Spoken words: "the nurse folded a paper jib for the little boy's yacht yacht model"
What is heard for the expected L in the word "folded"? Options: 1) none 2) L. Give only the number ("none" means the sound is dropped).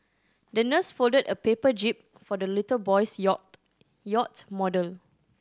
2